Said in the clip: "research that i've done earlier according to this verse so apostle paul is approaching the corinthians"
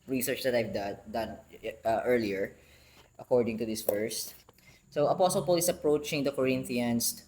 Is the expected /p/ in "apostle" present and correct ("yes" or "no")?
yes